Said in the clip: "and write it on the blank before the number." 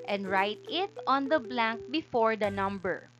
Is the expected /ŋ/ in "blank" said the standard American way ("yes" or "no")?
yes